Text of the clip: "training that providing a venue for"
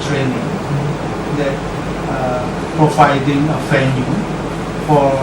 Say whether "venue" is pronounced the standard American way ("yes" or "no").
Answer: no